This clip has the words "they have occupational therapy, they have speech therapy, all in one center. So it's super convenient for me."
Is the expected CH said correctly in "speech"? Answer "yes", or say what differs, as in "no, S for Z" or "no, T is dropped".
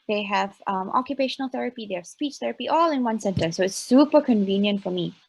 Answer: yes